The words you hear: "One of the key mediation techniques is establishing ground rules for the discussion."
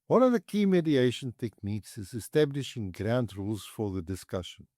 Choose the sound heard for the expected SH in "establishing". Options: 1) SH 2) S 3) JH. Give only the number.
1